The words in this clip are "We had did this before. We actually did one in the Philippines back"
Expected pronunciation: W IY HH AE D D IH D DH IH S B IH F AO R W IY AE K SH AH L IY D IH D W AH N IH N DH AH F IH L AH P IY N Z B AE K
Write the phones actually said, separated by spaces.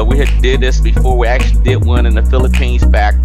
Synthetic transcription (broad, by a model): W IY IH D D IH D DH IH S B IH F AO R W IY AE K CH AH L IY D IH D W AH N IH N DH AH F IH L AH P IY N Z B AE K